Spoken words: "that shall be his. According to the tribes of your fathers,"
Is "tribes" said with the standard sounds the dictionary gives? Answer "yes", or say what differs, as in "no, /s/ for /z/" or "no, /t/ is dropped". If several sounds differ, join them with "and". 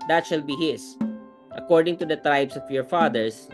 no, /s/ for /z/